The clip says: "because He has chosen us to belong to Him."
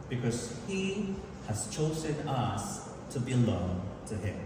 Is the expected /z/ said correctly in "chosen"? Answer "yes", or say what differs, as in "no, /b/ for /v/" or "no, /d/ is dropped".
yes